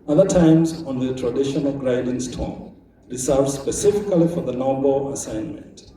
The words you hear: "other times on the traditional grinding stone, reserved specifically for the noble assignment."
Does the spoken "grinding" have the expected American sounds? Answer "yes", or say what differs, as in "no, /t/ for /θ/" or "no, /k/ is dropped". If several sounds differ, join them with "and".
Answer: no, /n/ is dropped